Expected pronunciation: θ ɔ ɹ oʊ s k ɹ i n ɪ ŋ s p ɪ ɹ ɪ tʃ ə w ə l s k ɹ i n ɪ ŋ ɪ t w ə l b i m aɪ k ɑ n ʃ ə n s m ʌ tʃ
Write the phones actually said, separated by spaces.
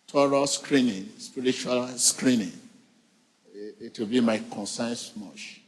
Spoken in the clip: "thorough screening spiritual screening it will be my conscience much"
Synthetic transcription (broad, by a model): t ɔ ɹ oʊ s k ɹ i n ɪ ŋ s p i ɹ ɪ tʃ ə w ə l s k ɹ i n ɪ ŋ ɪ t w ə l b i m aɪ k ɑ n s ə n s m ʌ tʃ